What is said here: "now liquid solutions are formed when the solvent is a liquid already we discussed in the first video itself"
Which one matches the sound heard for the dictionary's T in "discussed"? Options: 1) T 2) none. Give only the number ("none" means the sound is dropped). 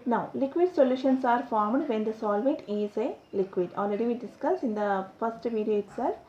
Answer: 2